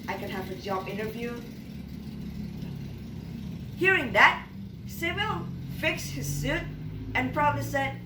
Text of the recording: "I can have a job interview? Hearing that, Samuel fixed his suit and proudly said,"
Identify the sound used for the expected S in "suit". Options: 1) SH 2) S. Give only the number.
2